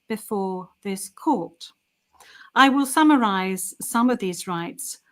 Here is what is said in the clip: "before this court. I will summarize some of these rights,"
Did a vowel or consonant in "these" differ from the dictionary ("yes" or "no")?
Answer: no